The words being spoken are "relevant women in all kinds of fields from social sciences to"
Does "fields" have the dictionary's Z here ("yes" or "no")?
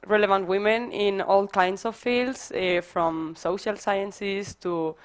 no